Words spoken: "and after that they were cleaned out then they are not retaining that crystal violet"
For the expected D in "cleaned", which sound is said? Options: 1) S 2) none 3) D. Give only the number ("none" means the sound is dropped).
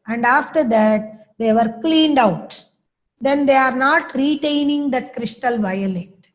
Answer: 3